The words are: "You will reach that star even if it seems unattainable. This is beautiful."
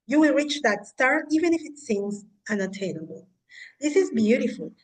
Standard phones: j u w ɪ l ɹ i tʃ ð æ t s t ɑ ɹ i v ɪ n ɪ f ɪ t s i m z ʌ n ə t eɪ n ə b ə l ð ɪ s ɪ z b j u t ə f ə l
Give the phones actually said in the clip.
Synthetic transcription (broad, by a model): j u w ɪ l ɹ i tʃ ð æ t s t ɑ ɹ i v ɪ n ɪ f ɪ t s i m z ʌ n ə t eɪ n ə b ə l ð ɪ s ɪ z b j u t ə f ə l